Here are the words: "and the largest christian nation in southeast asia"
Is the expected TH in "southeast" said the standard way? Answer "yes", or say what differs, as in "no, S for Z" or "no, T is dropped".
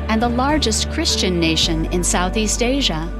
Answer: yes